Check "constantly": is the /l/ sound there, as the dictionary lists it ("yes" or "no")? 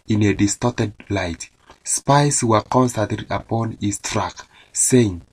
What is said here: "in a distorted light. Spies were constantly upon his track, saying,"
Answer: no